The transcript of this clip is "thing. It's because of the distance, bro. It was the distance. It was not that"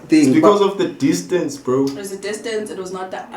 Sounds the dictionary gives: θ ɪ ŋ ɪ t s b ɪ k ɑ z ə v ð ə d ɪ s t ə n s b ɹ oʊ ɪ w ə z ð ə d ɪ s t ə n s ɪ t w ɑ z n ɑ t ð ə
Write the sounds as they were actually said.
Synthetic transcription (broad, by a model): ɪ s b ɪ k ɑ z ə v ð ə d ɪ s t ə n s b ɹ oʊ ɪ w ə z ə d ɪ s t ə n s ɪ t w ɑ z n ɑ t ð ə